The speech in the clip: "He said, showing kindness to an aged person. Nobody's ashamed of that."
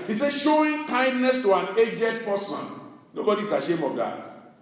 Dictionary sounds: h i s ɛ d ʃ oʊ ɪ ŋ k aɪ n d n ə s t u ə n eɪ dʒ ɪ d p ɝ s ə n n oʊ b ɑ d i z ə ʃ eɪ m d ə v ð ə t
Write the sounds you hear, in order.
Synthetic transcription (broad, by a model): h i s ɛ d ʃ oʊ ɪ ŋ k aɪ n d n ə s t u ə n eɪ dʒ ɪ d p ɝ s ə n n oʊ b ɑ d i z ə ʃ eɪ m ə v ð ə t